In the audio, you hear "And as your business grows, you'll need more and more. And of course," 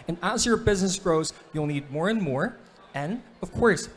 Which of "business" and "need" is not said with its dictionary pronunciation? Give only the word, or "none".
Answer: none